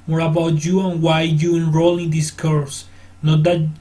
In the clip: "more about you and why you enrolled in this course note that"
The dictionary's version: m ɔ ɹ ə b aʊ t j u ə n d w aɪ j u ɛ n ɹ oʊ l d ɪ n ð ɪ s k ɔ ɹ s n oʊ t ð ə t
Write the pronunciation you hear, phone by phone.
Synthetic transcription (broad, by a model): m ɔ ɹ ə b aʊ t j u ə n w aɪ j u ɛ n ɹ oʊ l ɪ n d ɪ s k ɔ ɹ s n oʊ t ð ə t